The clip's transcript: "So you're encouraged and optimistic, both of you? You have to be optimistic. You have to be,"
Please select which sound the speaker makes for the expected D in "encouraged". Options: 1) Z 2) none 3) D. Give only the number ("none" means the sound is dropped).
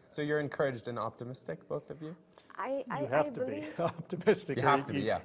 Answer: 3